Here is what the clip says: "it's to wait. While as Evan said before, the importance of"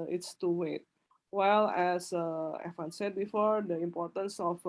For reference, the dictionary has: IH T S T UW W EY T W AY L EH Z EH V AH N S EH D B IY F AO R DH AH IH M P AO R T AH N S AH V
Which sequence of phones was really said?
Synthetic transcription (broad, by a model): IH T S T UW W EY T W AY L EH S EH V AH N S EH D B IY F AO R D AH IH M P AO R T AH N S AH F